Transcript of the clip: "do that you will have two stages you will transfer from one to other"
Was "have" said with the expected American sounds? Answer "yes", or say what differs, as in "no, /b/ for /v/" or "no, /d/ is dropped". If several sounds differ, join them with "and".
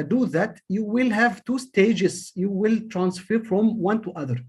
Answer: yes